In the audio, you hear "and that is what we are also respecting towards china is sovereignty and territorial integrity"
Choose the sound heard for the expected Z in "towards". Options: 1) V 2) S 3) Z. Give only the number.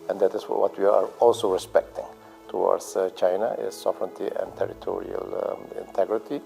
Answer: 2